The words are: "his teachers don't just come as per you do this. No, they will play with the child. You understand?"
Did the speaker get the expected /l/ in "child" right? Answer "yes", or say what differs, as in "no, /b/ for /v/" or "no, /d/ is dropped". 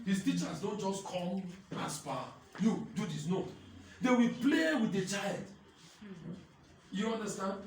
yes